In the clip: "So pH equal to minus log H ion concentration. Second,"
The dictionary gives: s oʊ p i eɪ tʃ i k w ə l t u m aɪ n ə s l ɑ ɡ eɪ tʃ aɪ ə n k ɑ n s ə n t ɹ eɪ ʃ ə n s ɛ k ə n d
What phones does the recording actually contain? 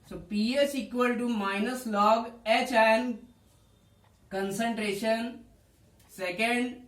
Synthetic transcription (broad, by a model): s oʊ p i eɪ s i k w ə l t u m aɪ n ə s l ɑ ɡ eɪ tʃ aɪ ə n k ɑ n s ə n t ɹ eɪ ʃ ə n s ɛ k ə n d